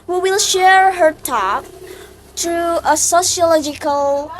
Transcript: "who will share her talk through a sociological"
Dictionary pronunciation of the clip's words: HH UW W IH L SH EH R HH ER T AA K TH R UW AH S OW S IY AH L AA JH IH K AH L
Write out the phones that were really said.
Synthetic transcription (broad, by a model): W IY W IH L SH EH R HH ER T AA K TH R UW AH S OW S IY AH L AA JH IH K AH L